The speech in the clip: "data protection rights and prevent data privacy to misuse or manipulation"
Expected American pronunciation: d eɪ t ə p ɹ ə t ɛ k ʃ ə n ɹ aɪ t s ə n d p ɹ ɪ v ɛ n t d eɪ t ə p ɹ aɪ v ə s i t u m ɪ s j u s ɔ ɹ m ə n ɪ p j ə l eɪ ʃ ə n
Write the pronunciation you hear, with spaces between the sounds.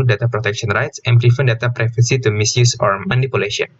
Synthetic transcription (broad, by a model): d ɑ t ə p ɹ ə t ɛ k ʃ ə n ɹ aɪ t s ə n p ɹ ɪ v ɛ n d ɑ t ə p ɹ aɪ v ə s i t u m ɪ s j u s ɔ ɹ m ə n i p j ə l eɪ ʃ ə n